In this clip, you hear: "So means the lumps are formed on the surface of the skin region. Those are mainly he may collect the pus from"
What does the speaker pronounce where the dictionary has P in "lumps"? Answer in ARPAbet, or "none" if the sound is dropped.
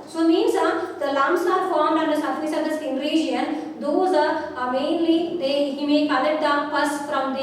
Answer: none